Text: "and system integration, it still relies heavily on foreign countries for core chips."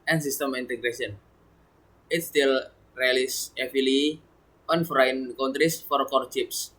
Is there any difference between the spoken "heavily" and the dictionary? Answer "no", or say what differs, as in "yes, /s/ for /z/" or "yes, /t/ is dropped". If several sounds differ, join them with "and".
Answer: yes, /f/ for /v/